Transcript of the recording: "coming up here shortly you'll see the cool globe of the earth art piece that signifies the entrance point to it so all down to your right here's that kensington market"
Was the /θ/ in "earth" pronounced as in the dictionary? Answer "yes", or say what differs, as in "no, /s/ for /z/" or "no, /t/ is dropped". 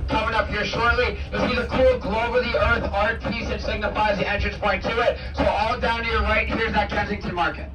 yes